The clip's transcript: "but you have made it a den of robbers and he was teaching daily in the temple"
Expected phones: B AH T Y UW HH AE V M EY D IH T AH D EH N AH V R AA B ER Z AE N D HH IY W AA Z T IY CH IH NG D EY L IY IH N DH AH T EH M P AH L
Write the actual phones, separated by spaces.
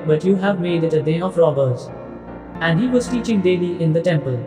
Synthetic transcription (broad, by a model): B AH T Y UW HH AE V M EY D IH T AH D EH AH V R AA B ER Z AE N D HH IY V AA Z T IY CH IH NG D EY L IY IH N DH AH T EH M P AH L